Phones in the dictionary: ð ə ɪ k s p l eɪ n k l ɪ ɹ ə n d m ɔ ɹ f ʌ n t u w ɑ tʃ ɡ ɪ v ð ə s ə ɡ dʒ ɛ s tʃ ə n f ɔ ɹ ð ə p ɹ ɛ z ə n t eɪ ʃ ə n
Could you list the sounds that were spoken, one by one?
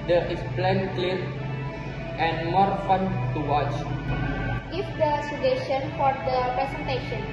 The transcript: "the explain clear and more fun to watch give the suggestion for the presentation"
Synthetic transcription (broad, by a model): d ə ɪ s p l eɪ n k l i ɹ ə n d m ɔ ɹ f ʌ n t u w ɑ tʃ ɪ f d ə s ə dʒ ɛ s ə n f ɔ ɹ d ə p ɹ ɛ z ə n t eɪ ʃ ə n